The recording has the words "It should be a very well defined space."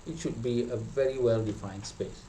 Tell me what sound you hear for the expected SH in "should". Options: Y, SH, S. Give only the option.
SH